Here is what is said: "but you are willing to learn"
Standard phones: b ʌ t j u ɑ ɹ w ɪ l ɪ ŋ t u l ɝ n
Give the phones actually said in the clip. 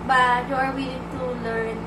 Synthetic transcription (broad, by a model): b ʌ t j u ɑ ɹ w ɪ n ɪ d t u l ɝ n